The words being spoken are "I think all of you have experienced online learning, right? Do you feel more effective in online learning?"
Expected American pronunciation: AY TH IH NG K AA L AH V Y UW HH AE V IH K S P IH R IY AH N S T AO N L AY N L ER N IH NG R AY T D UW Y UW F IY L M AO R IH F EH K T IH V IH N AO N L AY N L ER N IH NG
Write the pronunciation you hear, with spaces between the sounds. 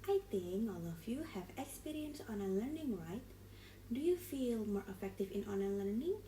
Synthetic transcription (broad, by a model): AY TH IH NG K AA L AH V Y UW HH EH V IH K S P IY R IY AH N S AO N AY L ER N IH NG R AY T D UW Y UW F IY L M AO R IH F EH K T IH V IH N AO N AY L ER N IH NG